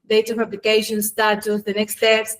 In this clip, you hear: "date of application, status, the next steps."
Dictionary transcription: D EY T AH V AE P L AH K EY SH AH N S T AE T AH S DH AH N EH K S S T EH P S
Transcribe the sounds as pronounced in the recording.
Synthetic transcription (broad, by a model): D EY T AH P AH B L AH K EY SH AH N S T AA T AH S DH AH N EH K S S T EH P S